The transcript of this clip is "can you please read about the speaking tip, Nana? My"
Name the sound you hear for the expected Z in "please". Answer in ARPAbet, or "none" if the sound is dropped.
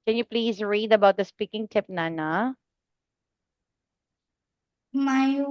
Z